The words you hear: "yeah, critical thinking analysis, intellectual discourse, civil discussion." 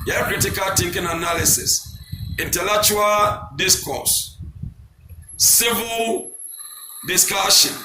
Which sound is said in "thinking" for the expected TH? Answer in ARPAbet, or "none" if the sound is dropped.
T